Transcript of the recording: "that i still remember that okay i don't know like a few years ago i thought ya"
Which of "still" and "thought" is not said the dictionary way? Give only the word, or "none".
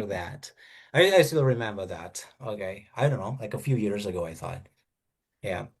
none